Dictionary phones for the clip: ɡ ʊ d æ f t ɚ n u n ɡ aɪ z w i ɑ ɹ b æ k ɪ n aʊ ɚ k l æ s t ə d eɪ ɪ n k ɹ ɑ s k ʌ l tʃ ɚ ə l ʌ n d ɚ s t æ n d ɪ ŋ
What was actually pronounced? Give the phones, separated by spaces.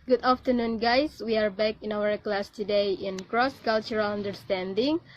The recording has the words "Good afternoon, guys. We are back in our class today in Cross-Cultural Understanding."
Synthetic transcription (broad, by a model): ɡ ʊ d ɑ f t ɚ n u n ɡ aɪ s w i ɑ ɹ b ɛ k ɪ n aʊ ɚ k l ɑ s t ə d eɪ ɪ n k ɹ ɑ s k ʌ l tʃ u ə l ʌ n d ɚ s t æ n d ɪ ŋ